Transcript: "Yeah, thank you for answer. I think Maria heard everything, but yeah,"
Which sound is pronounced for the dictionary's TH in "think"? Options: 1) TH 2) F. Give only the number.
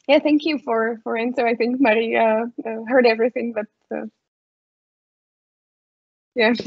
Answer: 1